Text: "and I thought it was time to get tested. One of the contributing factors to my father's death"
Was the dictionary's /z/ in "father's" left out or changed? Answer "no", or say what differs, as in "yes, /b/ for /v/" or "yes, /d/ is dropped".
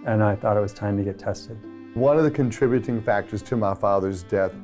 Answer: no